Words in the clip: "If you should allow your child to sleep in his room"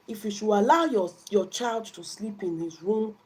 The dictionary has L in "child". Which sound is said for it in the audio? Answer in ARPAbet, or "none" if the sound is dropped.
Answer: L